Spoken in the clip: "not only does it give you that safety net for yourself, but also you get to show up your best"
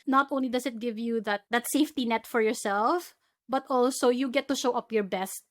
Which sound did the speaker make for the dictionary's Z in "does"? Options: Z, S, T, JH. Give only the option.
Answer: S